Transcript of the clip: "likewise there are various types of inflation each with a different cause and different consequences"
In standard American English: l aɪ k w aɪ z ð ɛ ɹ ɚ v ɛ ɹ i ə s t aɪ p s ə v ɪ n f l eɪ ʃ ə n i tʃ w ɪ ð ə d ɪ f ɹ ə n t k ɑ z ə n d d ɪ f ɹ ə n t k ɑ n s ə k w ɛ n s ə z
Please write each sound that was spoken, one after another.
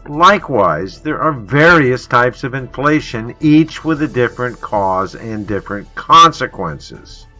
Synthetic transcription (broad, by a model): l aɪ k w aɪ z ð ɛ ɹ ɚ v ɛ ɹ i ə s t aɪ p s ə v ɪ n f l eɪ ʃ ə n i tʃ w ɪ ð ə d ɪ f ɹ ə n k ɑ z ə n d d ɪ f ɹ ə n k ɑ n s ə k w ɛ n s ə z